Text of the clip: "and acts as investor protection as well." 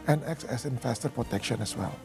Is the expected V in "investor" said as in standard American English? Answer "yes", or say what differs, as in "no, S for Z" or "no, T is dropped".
no, F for V